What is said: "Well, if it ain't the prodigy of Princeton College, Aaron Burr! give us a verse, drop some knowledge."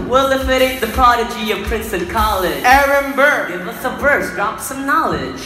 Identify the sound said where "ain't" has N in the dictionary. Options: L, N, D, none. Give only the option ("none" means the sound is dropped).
none